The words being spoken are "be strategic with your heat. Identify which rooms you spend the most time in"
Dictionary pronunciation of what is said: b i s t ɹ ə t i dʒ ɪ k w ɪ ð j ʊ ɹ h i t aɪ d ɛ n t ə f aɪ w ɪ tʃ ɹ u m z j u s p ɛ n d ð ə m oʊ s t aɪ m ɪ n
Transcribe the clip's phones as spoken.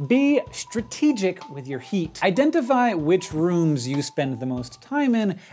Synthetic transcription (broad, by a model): b i s t ɹ ə t i dʒ ɪ k w ɪ ð j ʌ ɹ h i t aɪ d ɛ n t ə f aɪ w ɪ tʃ ɹ u m z j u s p ɛ n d ð ə m oʊ s t aɪ m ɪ n